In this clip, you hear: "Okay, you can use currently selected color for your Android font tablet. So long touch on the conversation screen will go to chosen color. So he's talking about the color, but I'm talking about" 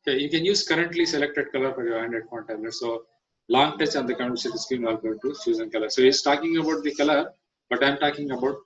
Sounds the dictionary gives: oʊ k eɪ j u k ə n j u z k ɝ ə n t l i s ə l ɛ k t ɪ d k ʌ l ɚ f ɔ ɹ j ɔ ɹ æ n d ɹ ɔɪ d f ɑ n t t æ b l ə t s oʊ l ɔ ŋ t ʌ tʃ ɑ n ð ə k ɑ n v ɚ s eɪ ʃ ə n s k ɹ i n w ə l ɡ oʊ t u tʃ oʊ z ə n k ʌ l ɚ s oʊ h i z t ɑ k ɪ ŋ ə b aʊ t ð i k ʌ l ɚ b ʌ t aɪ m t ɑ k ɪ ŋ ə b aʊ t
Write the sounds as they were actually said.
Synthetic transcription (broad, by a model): k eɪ j u k ə n j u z k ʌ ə n t l i s ə l ɛ k t ɪ d k ʌ l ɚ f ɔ ɹ j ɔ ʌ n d ɛ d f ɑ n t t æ l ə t s oʊ l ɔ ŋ t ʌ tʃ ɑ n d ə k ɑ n ɚ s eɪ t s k ɹ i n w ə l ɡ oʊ t u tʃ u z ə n k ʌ l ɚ s oʊ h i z t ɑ k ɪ ŋ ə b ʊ t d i k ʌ l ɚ b ʌ t aɪ m t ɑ k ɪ ŋ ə b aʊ t